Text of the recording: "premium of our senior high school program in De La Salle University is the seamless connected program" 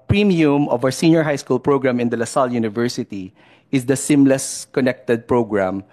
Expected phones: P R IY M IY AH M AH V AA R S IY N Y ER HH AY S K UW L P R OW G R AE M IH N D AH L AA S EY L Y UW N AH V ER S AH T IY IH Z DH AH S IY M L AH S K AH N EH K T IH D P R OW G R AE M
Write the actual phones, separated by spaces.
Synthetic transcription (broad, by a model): P R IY M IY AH M AH V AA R S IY N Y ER HH AY S K UW L P R OW G R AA M IH N D AH L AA S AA L Y UW N AH V ER S AH T IY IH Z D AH S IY M L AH S K AH N EH K T IH D P R OW G R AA M